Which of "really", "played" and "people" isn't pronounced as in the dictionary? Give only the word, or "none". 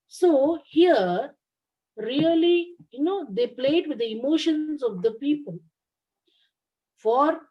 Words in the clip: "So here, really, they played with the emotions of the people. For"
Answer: really